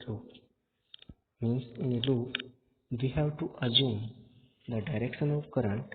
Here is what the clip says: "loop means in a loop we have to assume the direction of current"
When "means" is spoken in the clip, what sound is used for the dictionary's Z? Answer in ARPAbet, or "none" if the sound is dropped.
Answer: S